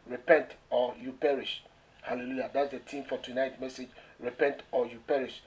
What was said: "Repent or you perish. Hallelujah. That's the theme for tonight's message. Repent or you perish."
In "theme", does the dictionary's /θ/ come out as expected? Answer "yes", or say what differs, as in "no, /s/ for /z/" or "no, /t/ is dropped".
no, /t/ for /θ/